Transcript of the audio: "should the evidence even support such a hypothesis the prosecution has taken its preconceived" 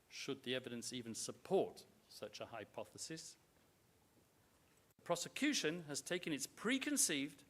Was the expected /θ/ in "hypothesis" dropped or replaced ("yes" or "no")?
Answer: no